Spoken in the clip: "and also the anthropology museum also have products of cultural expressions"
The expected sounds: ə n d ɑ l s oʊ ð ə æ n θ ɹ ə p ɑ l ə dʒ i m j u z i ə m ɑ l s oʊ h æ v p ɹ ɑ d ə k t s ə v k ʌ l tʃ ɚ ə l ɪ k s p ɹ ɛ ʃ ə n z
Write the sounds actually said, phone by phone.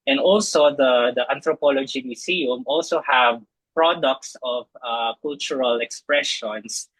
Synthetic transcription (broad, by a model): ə n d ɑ l s oʊ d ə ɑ n t ɹ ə p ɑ l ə dʒ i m j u s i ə m ɑ l s oʊ h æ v p ɹ ɑ d ə k t s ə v k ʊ l tʃ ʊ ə l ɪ k s p ɹ ɛ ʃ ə n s